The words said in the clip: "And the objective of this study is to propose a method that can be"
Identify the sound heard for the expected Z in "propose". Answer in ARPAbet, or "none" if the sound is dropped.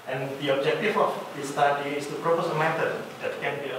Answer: S